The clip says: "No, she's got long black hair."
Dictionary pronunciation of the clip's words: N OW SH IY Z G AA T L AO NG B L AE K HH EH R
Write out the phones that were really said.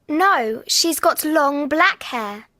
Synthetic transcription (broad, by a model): N OW SH IY Z G AA T L AO NG B L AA K HH EH